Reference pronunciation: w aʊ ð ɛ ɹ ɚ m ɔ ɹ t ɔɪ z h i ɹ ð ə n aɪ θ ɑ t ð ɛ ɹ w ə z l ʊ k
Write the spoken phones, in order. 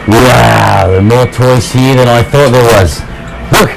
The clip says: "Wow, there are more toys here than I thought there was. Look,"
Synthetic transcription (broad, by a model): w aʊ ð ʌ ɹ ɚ m ɔ ɹ t ɔɪ s h i ɹ ð ə n aɪ θ ɑ t ð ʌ ɹ w ə z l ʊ k